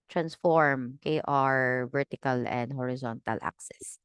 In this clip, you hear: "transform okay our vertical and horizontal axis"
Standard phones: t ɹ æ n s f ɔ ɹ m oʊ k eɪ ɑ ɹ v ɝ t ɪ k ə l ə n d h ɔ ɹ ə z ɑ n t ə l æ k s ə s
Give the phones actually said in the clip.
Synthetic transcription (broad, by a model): t ɹ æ n s f ɔ ɹ m k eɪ ɑ ɹ v ɝ t ɪ k ə l ə n d h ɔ ɹ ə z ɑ n t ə l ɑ k s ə s